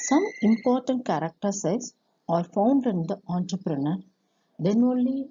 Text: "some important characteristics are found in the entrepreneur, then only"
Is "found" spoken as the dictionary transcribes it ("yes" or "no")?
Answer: yes